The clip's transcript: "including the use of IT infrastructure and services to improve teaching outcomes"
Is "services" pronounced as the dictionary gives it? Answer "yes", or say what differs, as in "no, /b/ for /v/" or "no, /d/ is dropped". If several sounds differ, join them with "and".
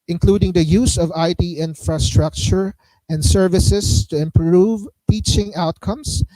no, /s/ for /z/